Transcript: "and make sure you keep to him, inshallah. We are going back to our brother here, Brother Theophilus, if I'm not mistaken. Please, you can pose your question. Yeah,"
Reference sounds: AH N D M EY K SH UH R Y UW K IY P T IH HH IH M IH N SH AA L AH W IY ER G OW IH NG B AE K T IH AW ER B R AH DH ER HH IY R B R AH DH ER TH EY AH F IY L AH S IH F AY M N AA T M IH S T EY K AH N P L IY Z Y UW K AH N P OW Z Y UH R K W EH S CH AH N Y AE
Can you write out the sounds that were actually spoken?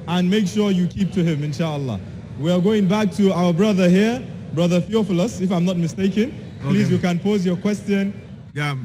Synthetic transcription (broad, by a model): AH N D M EY K SH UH R Y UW K IY P T IH HH IH M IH N SH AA L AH W IY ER G OW IH NG B AE K T IH AW ER B R AH DH ER HH IY R B R AH DH ER F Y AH F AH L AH S IH F AY M N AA T M IH S T EY K AH N P L IY Z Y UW K AH N P OW Z Y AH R K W EH S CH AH N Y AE